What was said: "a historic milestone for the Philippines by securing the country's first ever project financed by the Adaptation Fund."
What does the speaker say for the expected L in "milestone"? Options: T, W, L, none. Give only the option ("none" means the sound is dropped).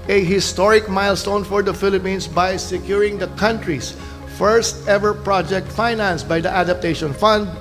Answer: L